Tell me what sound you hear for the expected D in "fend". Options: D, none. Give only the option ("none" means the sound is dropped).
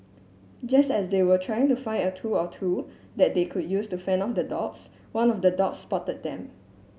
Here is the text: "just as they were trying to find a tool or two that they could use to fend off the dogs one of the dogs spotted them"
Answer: none